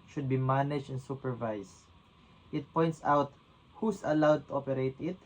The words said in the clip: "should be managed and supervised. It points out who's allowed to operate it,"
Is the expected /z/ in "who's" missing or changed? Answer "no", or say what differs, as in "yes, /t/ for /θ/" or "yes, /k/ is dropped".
yes, /s/ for /z/